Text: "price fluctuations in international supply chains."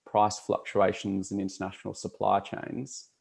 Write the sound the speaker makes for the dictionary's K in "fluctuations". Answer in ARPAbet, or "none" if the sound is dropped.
K